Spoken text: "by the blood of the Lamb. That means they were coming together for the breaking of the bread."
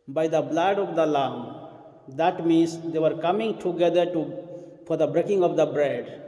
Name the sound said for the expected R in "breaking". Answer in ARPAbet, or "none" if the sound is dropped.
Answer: R